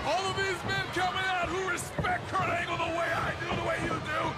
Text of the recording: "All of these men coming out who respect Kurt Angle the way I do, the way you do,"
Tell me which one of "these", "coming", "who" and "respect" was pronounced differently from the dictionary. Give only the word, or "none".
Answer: none